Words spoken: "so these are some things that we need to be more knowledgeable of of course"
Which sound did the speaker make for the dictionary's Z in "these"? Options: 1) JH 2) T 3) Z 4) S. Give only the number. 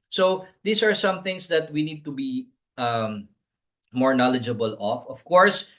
4